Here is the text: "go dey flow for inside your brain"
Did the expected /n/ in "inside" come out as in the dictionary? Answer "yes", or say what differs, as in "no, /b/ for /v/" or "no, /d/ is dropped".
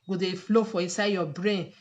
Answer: no, /n/ is dropped